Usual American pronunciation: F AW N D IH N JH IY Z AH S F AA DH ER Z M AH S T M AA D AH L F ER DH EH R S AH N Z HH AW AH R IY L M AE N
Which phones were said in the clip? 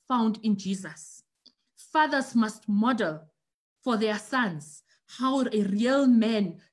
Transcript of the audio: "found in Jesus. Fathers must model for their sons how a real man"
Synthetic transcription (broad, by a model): F AW N D IH N JH IY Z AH S F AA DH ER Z M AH S T M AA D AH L F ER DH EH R S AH N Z HH AW AH R IY L M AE N